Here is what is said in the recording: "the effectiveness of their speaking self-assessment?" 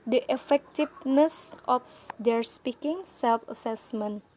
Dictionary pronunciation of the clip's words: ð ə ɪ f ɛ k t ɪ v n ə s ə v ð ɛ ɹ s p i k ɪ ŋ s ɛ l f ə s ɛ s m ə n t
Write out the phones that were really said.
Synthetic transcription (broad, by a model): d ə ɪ f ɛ k t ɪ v n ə s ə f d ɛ ɹ s p i k ɪ ŋ s ɛ l f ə s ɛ s m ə n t